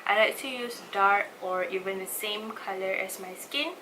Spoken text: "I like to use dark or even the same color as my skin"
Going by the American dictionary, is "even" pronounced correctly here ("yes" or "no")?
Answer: yes